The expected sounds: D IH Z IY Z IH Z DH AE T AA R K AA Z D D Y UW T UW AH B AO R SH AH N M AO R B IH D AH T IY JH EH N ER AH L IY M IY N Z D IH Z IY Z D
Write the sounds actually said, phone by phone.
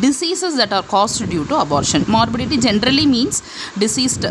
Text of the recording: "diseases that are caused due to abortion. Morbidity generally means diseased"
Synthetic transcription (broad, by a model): D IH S IY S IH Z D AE T AA R K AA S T D Y UW T UW AH B AO R SH AH N M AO R B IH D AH T IY JH EH N ER AH L IY M IY N S D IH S IY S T